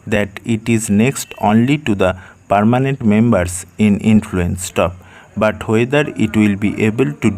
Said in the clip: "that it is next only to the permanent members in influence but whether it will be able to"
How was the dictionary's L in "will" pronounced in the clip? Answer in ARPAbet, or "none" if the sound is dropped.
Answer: L